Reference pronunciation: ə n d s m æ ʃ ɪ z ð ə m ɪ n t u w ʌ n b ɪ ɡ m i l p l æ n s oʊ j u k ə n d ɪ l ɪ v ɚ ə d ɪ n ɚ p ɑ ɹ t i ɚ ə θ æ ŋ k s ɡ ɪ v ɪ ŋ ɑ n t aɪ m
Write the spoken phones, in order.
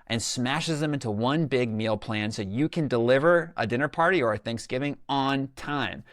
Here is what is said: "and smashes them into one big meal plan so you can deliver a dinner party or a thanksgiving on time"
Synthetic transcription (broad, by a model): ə n s m æ ʃ ɪ z ð ə m ɪ n t u w ʌ n b ɪ ɡ m i l p l æ n s oʊ j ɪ k ə n d ɪ l ɪ v ɚ ə d ɪ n ɚ p ɑ ɹ t i ɚ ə θ æ ŋ k s ɡ ɪ v ɪ ŋ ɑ n t aɪ m